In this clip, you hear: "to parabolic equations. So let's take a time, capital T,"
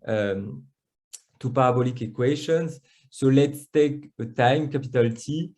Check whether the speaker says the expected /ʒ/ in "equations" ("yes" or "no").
no